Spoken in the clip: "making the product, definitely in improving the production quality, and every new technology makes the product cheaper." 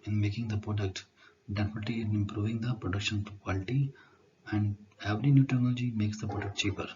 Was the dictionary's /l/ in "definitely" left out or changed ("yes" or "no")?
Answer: yes